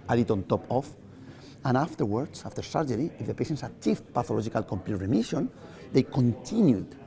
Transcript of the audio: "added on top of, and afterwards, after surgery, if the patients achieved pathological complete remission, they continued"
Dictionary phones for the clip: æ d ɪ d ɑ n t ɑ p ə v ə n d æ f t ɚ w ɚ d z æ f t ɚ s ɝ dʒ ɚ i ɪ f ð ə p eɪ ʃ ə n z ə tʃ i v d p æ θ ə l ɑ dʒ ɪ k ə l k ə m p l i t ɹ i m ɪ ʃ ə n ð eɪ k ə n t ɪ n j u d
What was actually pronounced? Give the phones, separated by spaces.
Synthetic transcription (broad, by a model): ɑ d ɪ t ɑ n t ɑ p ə f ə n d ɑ f t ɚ w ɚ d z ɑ f t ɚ s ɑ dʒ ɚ i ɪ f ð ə p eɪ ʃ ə n s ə tʃ i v p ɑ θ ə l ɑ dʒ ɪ k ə l k ə m p l i t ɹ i m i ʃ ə n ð eɪ k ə n t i n j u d